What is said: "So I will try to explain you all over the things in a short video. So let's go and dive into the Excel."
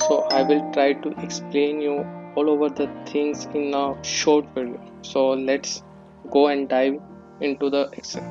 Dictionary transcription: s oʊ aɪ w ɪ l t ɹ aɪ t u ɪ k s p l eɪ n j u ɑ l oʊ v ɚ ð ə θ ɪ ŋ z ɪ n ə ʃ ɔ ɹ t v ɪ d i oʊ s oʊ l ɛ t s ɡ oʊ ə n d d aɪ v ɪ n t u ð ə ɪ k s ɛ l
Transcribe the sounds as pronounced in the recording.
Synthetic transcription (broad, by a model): s oʊ aɪ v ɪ l t ɹ aɪ t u ɪ k s p l eɪ n j u ɑ l oʊ v ɚ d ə t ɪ ŋ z ɪ n ə ʃ ɔ ɹ t f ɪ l s oʊ l ɛ t s ɡ oʊ ə n d d aɪ v ɪ n t u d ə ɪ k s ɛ